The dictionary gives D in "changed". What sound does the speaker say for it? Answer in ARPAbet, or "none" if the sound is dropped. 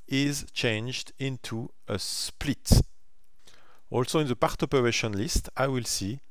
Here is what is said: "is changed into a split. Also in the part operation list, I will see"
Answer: D